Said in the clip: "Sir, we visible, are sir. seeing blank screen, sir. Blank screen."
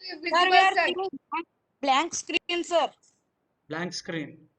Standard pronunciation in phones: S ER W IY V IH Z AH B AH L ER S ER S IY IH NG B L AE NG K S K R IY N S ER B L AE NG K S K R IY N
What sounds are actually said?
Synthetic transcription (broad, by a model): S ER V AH AH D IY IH B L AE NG K S K R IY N S ER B L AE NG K S K R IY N